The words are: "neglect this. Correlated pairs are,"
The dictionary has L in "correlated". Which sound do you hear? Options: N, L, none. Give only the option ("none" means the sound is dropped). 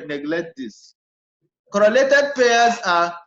L